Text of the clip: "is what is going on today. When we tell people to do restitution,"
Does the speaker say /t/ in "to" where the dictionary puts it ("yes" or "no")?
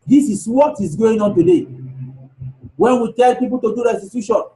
yes